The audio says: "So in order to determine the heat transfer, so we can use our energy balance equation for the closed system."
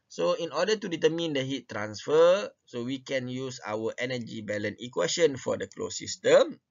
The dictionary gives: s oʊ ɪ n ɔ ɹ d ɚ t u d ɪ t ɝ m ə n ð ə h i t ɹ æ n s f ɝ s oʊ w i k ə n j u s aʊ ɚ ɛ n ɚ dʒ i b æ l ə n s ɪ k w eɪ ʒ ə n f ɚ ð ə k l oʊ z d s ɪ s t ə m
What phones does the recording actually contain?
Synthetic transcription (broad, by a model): s oʊ ɪ n ɔ d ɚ t u d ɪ t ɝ m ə n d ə h i t ɹ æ n s f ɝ s oʊ w i k ə n j u s aʊ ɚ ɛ n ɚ dʒ i b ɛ l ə n ɪ k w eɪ ʃ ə n f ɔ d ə k l oʊ s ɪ s t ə m